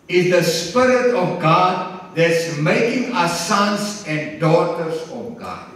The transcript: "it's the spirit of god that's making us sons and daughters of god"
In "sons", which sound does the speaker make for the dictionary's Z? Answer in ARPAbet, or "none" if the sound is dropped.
S